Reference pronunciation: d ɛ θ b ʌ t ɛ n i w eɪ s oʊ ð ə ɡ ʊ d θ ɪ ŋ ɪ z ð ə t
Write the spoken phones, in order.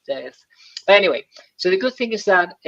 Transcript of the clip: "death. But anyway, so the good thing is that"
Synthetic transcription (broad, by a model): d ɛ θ b ʌ t ɛ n i w eɪ s oʊ ð ə ɡ ʊ d θ ɪ ŋ ɪ z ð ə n